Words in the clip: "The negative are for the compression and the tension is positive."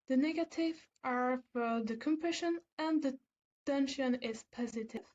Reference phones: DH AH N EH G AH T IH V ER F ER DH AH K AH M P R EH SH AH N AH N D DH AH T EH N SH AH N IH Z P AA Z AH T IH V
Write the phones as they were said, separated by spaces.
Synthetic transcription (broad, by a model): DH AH N EH G AH T IH V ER F ER DH AH K AH M P R EH SH AH N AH N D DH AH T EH N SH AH N IH Z P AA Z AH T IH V